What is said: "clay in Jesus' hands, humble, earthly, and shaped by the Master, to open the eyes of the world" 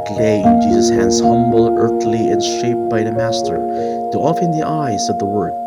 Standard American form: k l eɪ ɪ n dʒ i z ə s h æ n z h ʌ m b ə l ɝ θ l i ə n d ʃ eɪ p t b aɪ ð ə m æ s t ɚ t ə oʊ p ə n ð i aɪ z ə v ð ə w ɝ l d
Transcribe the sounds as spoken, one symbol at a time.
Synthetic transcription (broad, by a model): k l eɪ ɪ n dʒ i z ə s h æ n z h ʌ m b l ɝ θ l i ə n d ʃ eɪ p b aɪ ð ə m æ s t ɚ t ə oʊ f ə n ð i aɪ z ə v ð ə w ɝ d